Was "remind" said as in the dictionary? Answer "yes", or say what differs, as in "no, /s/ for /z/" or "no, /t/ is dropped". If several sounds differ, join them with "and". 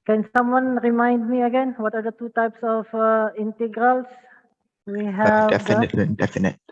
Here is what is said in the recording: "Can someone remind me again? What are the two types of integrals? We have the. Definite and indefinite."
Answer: yes